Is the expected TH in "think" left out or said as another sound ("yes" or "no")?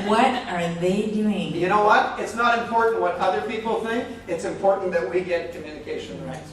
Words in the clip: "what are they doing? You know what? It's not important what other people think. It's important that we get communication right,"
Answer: no